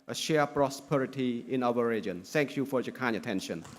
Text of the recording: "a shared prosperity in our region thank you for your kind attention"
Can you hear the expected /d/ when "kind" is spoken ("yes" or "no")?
no